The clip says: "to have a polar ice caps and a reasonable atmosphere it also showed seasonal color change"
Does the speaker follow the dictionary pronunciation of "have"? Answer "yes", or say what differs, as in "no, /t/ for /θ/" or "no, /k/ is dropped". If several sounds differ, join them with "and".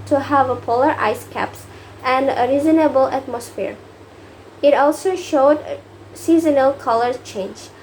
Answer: yes